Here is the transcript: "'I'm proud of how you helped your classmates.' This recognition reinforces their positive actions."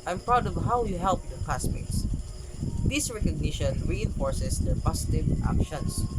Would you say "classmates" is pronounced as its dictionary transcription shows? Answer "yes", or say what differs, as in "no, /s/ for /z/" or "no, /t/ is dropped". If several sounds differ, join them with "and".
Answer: no, /l/ is dropped